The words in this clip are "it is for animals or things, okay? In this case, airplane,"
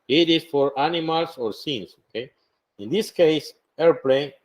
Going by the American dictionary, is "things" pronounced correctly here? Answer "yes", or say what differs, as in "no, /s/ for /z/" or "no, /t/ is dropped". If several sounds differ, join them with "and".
no, /s/ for /θ/